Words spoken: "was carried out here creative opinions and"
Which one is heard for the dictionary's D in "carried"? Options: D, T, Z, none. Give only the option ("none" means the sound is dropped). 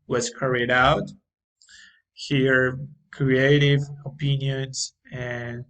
D